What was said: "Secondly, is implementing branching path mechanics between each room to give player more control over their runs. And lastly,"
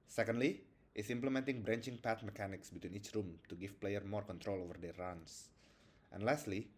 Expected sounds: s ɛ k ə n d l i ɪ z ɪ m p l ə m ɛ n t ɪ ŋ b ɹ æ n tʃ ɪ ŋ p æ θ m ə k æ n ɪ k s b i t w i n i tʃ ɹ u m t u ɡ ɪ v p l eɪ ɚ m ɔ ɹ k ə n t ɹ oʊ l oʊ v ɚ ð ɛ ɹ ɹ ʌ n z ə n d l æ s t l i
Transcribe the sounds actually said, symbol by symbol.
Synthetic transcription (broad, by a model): s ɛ k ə n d l i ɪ s ɪ m p l ə m ɛ n t ɪ ŋ b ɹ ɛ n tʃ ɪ ŋ p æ t m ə k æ n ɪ k s b i t w i n i tʃ ɹ u m t u ɡ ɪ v p l eɪ ɚ m ɔ ɹ k ə n t ɹ oʊ l oʊ v ɚ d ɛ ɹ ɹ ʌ n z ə n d l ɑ s t l i